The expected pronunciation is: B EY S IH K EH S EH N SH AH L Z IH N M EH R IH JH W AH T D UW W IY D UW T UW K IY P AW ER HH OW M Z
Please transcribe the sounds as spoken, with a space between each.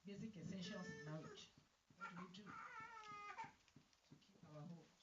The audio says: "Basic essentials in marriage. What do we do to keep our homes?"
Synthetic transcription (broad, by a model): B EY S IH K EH S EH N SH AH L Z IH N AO L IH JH W AH T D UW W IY D UW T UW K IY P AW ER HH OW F